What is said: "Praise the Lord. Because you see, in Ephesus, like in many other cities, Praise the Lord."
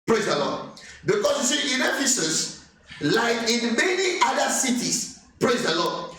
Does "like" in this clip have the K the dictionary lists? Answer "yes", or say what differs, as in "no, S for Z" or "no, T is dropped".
no, K is dropped